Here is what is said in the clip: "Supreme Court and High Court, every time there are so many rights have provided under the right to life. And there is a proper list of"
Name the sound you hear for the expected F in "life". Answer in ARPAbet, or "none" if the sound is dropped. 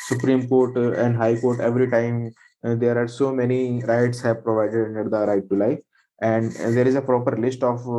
none